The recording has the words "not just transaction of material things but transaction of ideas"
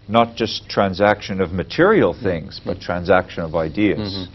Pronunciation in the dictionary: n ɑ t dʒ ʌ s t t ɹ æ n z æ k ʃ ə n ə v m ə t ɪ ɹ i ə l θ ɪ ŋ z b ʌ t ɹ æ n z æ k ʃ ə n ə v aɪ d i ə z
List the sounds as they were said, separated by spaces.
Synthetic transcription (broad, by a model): n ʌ t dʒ ʌ s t t ɹ æ n z æ k ʃ ə n ə v m ə t ɪ ɹ i ə l θ ɪ ŋ z b ʌ t ɹ æ n z æ k ʃ ə n ə v aɪ d i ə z